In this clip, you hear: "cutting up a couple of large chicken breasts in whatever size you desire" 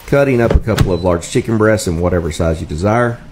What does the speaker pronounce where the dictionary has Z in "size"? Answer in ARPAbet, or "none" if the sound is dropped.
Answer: Z